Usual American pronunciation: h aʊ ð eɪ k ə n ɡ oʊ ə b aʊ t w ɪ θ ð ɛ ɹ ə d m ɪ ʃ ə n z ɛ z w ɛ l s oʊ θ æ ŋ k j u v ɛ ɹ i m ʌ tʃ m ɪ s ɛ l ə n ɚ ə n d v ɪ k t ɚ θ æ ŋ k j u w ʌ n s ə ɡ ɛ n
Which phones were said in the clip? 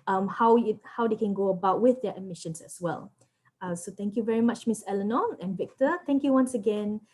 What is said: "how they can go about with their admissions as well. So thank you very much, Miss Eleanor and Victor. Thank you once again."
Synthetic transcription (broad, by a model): h aʊ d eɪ k ə n ɡ oʊ ə b aʊ t w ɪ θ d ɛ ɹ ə m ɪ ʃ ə n s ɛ s w ɛ l s oʊ t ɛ ŋ k j u v ɛ ɹ i m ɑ tʃ m ɪ s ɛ l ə n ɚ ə n v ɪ k t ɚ t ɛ ŋ k j u w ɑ n s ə ɡ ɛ n